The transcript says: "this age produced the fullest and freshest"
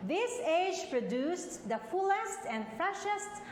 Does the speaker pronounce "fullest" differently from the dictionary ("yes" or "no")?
no